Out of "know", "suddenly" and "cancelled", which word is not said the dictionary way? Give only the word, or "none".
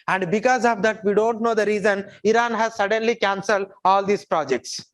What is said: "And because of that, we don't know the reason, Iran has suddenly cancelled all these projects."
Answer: none